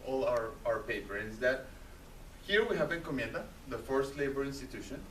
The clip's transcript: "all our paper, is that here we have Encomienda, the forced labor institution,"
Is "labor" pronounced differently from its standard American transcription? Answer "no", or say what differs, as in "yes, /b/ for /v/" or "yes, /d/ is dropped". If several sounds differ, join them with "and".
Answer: no